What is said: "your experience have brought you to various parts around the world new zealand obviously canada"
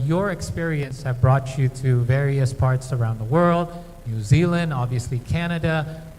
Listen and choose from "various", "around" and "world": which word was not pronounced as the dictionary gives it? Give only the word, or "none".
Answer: none